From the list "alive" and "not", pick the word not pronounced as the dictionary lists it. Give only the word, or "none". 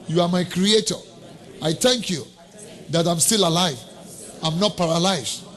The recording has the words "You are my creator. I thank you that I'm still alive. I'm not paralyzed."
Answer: none